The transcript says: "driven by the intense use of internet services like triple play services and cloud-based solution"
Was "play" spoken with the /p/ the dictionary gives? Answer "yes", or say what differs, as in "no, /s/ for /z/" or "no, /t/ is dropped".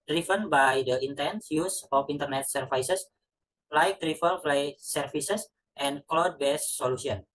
no, /f/ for /p/